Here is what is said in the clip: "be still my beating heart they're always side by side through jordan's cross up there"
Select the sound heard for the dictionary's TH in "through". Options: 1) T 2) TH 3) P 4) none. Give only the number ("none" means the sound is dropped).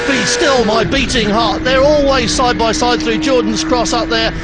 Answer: 2